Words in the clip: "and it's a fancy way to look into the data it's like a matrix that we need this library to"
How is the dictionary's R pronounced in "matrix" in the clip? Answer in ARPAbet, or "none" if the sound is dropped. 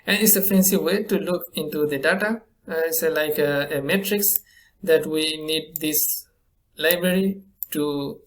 R